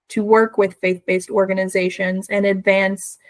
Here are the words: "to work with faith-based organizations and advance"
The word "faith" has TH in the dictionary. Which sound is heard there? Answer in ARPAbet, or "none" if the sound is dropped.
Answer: TH